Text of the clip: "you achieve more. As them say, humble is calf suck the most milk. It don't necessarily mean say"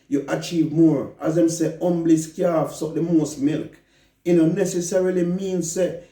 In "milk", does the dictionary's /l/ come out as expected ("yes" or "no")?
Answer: yes